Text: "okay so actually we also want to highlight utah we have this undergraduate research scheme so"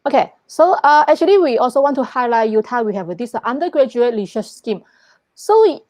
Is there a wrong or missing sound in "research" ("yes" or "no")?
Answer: yes